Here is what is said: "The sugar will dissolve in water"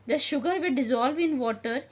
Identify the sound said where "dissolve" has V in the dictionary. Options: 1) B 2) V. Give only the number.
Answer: 2